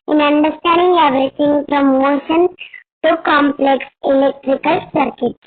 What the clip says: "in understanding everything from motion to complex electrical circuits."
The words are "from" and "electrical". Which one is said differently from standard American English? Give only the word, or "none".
from